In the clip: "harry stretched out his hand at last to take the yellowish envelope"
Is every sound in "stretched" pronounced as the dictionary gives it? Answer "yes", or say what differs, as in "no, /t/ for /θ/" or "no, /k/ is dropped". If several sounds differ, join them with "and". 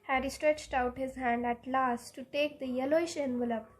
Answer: yes